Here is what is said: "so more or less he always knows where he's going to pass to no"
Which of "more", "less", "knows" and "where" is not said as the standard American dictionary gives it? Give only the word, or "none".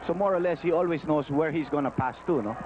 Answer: knows